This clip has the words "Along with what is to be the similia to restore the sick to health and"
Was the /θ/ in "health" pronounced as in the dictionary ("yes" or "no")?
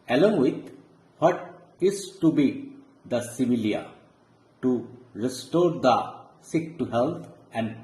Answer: no